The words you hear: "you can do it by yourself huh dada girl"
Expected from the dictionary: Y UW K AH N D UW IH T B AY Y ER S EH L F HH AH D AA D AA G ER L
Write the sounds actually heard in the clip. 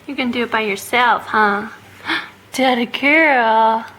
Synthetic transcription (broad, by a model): Y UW K AH N D IH T B AY Y ER S EH L F HH AH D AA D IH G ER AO